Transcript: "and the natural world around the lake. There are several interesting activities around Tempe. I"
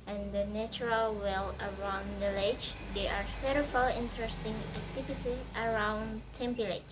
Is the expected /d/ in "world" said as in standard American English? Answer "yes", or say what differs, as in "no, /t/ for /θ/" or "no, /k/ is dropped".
no, /d/ is dropped